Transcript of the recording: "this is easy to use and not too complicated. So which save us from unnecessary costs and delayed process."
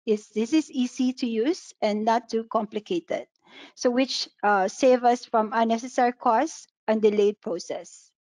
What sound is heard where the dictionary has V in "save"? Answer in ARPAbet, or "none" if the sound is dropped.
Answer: V